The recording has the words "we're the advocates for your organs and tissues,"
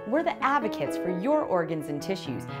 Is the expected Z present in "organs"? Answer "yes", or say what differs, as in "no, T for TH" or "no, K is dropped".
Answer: yes